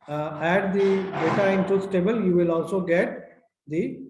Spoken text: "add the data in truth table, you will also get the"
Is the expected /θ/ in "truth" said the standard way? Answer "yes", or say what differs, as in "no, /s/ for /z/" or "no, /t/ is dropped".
no, /s/ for /θ/